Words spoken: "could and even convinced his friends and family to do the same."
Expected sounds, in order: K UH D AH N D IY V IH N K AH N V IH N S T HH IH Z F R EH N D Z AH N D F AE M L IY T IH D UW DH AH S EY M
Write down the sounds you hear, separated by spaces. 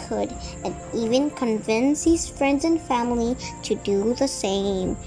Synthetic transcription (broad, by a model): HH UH D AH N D IY V IH N K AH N V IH N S HH IH Z F R EH N D Z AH N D F AE M L IY T IH D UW DH AH S EY M